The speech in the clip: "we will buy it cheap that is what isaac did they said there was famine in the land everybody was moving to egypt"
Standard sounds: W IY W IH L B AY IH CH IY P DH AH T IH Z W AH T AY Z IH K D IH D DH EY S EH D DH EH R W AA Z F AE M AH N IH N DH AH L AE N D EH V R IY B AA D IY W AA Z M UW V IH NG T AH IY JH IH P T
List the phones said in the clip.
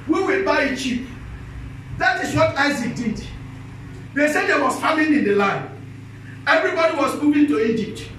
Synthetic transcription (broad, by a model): W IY W IH L B AY IH CH IY P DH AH T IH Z W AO T AY Z IH K D IH D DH EY S EH D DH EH W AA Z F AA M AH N IH N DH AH L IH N EH V R IY B AA D IY W AA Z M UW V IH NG T AH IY JH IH P T